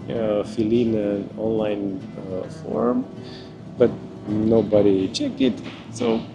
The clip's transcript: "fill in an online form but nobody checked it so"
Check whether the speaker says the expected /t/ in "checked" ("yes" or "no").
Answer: no